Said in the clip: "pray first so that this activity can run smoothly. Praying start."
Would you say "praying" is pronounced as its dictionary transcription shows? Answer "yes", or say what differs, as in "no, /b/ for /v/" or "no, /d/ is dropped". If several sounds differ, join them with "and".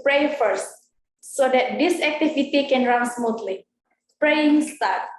yes